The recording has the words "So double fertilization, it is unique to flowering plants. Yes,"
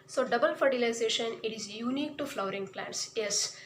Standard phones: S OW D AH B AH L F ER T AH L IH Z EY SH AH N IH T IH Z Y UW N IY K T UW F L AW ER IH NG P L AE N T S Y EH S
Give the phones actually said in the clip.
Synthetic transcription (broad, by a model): S OW D AH B AH L F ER T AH L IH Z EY SH AH N IH T IH Z Y UW N IY K T UW F L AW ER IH NG P L AE N T S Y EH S